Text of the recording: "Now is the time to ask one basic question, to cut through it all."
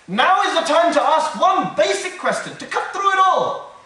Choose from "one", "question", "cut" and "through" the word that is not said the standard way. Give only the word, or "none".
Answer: none